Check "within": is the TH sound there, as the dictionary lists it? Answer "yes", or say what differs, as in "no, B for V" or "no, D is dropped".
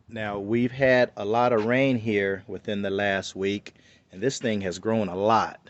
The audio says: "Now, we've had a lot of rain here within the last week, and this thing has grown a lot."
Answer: yes